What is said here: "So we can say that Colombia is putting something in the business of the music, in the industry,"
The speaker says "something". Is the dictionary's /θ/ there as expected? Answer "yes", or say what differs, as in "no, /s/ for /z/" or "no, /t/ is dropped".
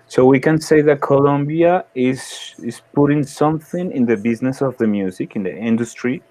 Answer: yes